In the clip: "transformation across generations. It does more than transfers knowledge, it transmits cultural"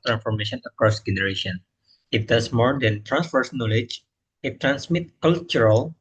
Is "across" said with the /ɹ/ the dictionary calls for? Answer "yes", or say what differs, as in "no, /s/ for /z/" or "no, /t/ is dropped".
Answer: yes